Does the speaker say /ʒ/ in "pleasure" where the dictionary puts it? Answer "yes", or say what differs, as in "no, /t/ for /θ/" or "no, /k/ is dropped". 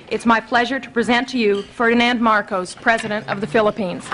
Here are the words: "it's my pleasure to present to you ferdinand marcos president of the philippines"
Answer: yes